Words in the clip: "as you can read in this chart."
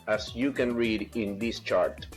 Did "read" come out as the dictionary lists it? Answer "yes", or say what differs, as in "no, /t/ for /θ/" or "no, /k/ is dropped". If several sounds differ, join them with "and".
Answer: yes